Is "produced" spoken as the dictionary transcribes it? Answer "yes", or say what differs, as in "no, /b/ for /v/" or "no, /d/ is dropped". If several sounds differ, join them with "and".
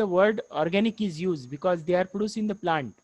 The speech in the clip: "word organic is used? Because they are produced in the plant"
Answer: no, /t/ is dropped